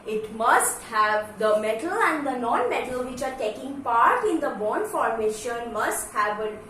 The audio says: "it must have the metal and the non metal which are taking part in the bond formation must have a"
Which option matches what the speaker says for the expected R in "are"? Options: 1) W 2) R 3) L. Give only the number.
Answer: 2